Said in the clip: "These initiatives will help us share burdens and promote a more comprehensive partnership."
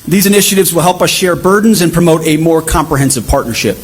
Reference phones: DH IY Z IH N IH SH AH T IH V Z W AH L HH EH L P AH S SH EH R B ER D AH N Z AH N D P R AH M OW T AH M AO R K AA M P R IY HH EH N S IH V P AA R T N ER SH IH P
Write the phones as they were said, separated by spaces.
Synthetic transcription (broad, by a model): DH IY Z IH N IH SH AH T IH V Z W AH L HH EH L P AH S SH EH R B ER D N Z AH N P R AH M OW T AH M AO R K AA M P R IY HH EH N S IH V P AA R T N ER SH IH P